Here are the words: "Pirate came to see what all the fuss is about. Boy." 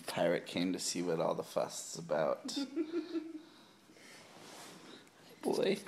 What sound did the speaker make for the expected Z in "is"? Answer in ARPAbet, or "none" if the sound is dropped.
S